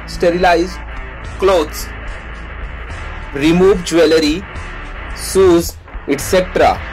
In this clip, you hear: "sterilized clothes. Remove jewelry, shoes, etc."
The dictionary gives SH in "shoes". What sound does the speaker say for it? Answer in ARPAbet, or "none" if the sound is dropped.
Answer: S